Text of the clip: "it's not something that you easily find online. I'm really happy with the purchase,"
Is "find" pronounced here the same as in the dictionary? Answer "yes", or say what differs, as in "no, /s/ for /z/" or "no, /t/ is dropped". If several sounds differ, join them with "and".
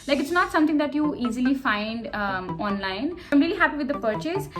yes